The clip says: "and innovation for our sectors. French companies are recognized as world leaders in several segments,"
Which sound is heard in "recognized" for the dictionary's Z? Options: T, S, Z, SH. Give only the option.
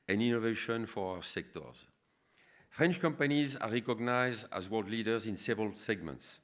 Z